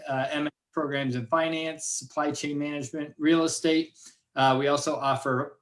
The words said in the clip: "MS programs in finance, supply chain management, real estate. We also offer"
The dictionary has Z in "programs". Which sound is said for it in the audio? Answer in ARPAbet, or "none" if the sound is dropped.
Z